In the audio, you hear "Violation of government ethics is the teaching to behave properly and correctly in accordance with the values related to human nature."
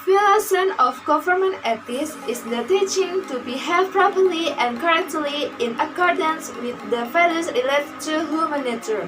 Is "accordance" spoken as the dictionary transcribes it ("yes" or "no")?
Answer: yes